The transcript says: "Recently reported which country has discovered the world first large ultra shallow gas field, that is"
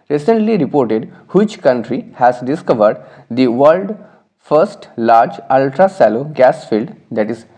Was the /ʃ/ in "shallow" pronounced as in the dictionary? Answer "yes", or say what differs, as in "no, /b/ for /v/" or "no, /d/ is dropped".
no, /s/ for /ʃ/